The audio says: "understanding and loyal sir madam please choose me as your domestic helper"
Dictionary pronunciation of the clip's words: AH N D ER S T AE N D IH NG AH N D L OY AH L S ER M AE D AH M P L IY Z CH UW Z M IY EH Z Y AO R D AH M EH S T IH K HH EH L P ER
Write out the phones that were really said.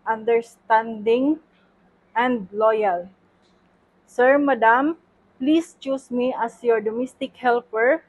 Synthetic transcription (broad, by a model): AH N D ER S T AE N D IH NG AH N D L OY AH L S ER M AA D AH M P L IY S CH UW S M IY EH S Y AO R D AH M EH S T IH K HH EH L P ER